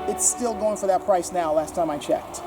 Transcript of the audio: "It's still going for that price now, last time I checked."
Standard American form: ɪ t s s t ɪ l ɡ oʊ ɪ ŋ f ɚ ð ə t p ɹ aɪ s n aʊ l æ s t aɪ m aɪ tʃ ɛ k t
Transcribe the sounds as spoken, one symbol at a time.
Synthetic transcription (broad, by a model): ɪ t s s t ɪ l ɡ oʊ ɪ ŋ f ɚ ð ə t p ɹ aɪ s n aʊ l æ s t aɪ m aɪ tʃ ɛ k t